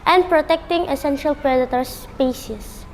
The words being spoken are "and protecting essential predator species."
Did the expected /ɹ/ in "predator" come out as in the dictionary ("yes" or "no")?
yes